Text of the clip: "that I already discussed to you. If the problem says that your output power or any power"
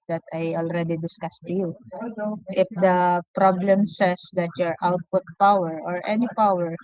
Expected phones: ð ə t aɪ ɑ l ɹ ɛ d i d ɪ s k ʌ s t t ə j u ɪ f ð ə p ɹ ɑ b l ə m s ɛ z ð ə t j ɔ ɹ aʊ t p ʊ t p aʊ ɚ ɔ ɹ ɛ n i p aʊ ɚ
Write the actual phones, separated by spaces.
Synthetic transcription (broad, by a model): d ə t aɪ ɑ l ɹ ɛ d i d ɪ s k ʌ s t t ə j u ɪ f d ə p ɹ ɑ b l ə m s ɛ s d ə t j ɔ ɹ aʊ t p ʊ t p aʊ ɚ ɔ ɹ ɛ n i p aʊ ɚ